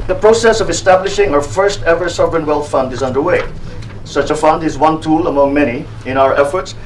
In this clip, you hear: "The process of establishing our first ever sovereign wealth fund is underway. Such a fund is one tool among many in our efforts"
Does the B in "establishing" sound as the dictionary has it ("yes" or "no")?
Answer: yes